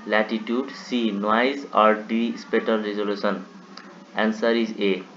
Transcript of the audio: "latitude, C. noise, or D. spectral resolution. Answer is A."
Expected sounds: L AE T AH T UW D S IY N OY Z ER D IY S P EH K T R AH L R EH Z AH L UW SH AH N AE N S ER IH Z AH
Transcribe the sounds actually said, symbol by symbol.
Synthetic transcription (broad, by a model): L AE T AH T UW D S IY N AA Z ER D IY S P EH T AH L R EH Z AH L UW S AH N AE N S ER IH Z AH